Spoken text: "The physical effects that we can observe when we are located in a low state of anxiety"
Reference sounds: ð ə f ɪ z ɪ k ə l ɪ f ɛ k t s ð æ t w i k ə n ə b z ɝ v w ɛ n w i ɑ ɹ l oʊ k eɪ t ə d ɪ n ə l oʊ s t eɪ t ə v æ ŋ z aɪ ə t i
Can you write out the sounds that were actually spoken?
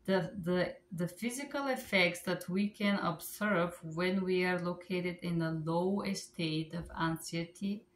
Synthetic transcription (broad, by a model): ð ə f ɪ z ɪ k ə l ɪ f ɛ k t s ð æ t w i k ə n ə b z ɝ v w ɛ n w i ɑ ɹ l oʊ k eɪ t ə d ɪ n ə l oʊ s t eɪ t ə v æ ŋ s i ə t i